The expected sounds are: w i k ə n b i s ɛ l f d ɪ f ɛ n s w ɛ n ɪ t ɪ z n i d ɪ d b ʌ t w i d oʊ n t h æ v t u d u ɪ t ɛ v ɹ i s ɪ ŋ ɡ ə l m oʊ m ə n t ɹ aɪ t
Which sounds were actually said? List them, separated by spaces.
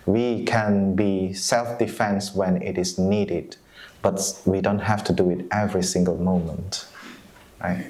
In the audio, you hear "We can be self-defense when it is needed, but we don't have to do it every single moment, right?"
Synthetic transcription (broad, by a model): w i k ə n b i s ɛ l f d ɪ f ɛ n s w ɛ n ɪ t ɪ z n i d ɪ d b ʌ t w i d oʊ n t h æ f t u d u ɪ t ɛ v ɹ i s ɪ ŋ ɡ ə l m oʊ m ə n t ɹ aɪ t